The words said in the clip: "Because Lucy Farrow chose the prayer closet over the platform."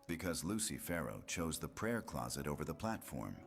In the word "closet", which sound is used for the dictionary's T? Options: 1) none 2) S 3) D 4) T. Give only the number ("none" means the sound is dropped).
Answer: 4